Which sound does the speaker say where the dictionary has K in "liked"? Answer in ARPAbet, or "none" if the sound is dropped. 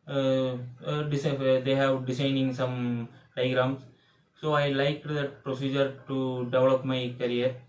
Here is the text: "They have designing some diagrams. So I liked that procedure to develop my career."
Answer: K